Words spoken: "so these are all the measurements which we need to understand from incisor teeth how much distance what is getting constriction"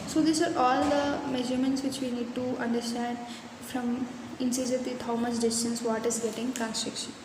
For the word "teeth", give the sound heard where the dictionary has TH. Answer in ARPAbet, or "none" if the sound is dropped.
T